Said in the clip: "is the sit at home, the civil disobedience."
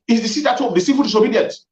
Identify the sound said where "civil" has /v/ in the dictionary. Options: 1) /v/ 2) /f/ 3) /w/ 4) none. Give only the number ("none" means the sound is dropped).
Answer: 2